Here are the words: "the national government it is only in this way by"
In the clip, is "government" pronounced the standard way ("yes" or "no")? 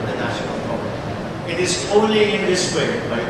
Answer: no